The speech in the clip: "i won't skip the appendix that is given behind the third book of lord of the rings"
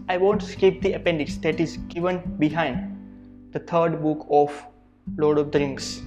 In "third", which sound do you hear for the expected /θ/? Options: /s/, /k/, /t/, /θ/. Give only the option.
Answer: /t/